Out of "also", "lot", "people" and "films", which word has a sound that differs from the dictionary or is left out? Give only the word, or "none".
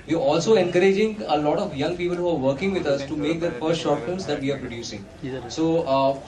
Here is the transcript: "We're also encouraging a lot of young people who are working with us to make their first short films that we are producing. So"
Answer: films